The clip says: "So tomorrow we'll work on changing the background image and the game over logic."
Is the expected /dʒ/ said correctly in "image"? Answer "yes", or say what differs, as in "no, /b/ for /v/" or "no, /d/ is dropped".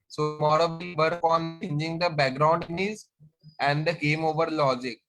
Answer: no, /z/ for /dʒ/